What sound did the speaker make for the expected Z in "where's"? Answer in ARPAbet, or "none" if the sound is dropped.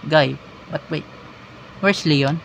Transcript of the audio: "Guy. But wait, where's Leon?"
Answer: S